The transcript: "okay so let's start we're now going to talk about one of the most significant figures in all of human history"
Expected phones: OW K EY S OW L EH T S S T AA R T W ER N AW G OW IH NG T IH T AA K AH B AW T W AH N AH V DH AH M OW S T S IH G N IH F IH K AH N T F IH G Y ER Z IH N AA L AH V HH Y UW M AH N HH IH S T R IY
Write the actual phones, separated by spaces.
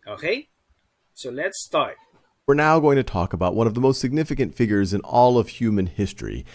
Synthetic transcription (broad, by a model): OW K EY S OW L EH T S S T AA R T W ER N AW G OW IH NG T IH T AA K AH B AW T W AH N AH V DH AH M OW S T S IH G N IH F IH K AH N T F IH G Y ER Z IH N AA L AH V HH Y UW M AH N HH IH S T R IY